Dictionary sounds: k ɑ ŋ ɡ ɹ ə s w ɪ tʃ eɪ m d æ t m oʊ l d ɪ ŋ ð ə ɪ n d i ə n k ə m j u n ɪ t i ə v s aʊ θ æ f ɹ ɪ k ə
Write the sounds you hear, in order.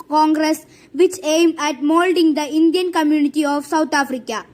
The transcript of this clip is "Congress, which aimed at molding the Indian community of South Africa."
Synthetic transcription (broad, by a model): k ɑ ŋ ɡ ɹ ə s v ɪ tʃ eɪ m d æ t m oʊ l d ɪ ŋ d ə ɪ n d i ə n k ə m j u n ɪ t i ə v s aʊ t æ f ɹ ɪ k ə